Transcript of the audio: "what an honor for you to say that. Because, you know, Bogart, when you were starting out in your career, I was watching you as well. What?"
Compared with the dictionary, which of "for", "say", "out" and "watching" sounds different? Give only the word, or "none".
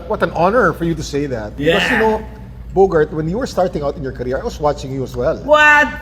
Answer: none